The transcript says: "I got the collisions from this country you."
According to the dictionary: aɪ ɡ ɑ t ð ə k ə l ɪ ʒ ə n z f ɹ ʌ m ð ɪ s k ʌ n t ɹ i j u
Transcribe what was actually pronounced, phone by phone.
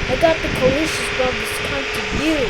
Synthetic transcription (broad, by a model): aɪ ɡ ɑ t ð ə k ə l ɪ ʃ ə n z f ɹ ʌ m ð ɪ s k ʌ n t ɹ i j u